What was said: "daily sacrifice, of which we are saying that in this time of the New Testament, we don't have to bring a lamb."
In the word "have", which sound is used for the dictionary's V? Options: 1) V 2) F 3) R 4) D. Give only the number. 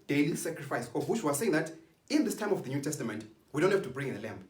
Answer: 2